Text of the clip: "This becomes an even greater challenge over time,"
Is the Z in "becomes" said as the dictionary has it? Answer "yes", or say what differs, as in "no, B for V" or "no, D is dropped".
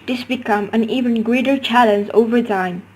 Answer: no, Z is dropped